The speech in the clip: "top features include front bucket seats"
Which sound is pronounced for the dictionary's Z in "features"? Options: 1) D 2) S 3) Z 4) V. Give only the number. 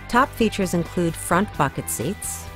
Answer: 3